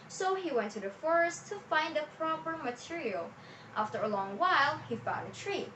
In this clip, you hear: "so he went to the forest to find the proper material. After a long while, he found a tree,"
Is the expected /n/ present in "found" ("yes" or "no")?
no